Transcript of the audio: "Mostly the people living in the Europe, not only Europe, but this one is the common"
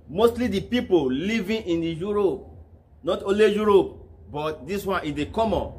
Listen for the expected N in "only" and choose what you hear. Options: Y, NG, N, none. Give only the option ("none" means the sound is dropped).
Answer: none